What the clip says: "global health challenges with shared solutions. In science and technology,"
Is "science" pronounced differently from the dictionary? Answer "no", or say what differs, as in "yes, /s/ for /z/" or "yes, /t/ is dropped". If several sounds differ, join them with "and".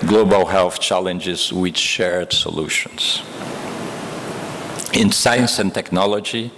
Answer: no